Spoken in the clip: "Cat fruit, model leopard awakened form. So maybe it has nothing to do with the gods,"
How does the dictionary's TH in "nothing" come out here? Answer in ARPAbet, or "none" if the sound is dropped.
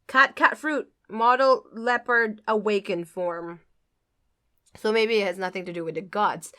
TH